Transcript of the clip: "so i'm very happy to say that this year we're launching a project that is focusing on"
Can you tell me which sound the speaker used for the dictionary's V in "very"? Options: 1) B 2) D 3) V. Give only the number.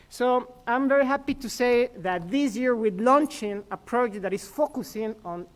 3